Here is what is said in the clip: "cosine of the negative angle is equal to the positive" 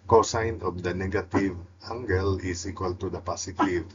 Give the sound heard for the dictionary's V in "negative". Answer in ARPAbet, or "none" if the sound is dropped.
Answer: V